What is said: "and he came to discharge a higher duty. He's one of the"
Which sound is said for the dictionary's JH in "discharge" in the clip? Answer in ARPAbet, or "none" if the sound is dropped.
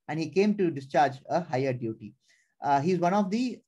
JH